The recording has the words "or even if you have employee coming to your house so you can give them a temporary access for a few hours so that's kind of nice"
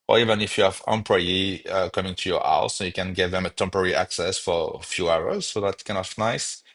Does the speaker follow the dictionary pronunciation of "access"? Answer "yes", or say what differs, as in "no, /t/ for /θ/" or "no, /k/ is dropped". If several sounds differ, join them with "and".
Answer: yes